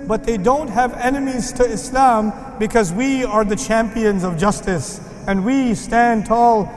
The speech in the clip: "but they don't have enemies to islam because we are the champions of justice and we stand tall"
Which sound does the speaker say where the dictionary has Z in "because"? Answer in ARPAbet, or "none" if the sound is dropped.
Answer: Z